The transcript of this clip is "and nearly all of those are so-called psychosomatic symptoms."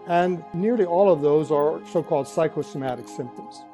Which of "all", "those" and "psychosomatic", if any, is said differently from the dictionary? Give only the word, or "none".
none